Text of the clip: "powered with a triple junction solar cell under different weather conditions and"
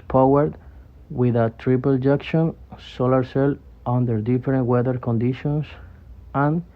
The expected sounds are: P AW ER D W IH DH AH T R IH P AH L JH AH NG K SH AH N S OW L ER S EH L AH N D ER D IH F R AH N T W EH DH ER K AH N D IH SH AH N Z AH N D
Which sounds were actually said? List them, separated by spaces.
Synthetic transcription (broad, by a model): P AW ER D W IH DH AH T R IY P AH L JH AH K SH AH N S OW L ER S EH L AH N D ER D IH F R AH N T W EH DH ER K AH N D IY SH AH N S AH N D